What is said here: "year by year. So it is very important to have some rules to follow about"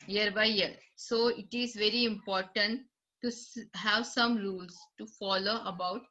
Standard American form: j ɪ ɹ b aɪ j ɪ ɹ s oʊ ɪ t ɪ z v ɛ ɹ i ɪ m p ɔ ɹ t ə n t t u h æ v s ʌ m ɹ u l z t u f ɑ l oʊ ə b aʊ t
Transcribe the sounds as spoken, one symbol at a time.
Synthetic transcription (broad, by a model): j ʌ ɹ b aɪ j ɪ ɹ s oʊ ɪ t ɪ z v ɛ ɹ i ɪ m p ɔ ɹ t ə n t t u h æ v s ʌ m ɹ u l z t u f ɑ l oʊ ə b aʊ t